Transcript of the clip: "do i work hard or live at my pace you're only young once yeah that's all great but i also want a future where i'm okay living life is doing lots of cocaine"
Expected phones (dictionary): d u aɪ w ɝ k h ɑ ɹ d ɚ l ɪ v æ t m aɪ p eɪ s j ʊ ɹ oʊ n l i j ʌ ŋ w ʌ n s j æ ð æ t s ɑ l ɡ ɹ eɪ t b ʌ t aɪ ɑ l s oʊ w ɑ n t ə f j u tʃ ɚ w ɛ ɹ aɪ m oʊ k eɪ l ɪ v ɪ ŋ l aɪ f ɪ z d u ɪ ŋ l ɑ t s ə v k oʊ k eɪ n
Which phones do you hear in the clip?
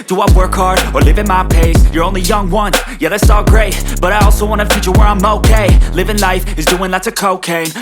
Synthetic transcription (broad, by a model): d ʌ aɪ w ɝ k ɑ ɹ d ɚ l ɪ v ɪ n m aɪ p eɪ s j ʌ ɹ oʊ n l i j ʌ ŋ w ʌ n j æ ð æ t s ɑ l ɡ ɹ eɪ t b ʌ t aɪ ɑ l s oʊ w ɑ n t ə f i tʃ ɚ w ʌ ɹ aɪ m oʊ k eɪ l ɪ v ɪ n l aɪ f ɪ z d u ɪ ŋ l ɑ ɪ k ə k oʊ k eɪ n